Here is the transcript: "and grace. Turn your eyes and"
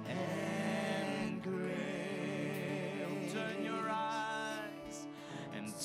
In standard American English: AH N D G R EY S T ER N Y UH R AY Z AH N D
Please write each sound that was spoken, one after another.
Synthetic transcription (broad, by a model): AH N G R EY T ER N Y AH R AY Z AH N